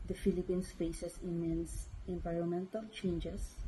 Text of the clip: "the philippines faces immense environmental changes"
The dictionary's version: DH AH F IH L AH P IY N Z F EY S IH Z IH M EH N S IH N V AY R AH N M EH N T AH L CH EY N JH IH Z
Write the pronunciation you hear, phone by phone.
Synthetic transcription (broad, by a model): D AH F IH L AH P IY N S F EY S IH S IH M EH N S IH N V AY R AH N M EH N T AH L CH EY N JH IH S